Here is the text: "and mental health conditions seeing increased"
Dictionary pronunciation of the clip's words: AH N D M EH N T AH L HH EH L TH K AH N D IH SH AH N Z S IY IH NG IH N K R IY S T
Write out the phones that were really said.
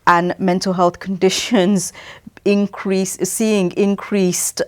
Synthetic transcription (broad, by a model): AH N M EH N T AH L HH EH L TH K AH N D IH SH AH N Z S IY IH NG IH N K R IY S T